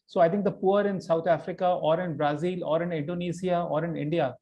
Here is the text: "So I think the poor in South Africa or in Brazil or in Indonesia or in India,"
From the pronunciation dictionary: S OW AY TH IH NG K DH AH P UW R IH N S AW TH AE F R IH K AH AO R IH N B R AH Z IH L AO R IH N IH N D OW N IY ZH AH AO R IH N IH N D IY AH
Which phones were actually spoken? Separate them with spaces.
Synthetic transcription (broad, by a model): S OW AY T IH NG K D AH P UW R IH N S AW T AE F R IH K AH AO R IH N B R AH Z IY L AO R IH N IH N D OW N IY S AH AO R IH N IH N D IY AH